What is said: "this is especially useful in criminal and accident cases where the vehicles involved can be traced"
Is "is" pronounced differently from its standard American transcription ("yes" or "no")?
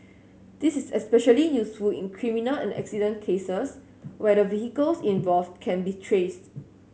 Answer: yes